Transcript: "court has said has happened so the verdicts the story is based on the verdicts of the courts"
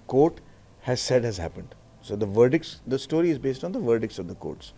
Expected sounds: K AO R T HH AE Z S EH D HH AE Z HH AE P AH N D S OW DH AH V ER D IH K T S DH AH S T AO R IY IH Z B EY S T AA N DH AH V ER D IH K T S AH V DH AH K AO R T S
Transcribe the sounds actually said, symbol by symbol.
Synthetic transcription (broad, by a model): K AO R T HH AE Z S EH D HH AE Z HH AE P AH N D S OW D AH V ER D IH K T S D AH S T AO R IY IH Z B EY S T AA N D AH V ER D IH K T S AH V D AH K AO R T S